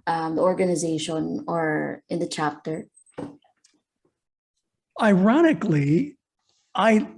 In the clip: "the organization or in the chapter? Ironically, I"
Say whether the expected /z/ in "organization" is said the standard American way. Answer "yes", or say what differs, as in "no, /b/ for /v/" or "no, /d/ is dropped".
yes